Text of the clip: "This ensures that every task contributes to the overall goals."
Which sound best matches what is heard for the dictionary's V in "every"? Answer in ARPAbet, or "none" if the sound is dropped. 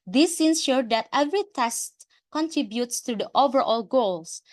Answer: V